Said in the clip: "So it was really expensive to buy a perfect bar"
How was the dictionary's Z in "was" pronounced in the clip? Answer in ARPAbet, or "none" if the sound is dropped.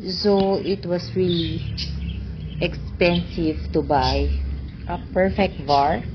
S